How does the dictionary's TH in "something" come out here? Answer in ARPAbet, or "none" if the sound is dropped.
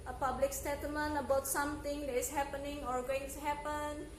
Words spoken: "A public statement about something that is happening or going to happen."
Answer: T